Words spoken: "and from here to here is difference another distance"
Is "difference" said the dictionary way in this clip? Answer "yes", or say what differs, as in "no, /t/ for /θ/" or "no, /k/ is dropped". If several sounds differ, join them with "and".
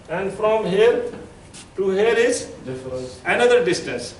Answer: no, /s/ is dropped